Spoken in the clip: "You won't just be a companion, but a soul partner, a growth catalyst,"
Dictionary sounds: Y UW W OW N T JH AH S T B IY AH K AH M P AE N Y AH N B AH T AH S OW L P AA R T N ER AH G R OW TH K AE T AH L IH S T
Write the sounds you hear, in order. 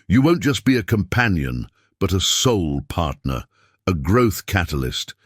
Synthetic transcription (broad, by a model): Y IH W OW N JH AH S B IY AH K AH M P AE N Y AH N B AH T AH S OW L P AA R T N ER AH G R OW TH K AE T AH L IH S T